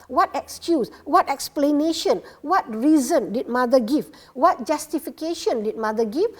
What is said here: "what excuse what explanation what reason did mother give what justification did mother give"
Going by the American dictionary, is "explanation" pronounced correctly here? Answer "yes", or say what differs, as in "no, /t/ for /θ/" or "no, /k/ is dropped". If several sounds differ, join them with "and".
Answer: yes